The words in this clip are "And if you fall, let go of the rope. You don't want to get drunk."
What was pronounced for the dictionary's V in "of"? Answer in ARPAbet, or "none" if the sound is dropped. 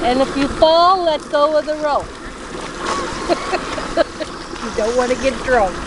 W